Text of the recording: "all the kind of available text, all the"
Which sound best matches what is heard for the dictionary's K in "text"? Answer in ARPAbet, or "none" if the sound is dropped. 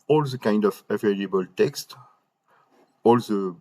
K